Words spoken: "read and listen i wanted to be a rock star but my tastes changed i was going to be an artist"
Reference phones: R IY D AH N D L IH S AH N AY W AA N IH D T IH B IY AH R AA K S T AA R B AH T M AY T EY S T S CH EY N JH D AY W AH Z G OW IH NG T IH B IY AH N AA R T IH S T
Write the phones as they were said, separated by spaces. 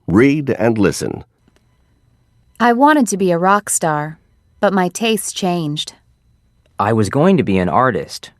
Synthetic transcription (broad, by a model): R IY D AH N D L IH S AH N AY W AA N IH D T IH B IY AH R AA K S T AA R B AH T M AY T EY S S CH EY N JH D AY W AH Z G OW IH NG T IH B IY AH N AA R T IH S T